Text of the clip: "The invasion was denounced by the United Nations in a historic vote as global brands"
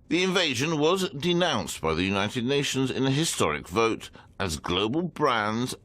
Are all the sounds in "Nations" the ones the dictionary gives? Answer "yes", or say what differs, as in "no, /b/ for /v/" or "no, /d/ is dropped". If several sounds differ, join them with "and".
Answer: yes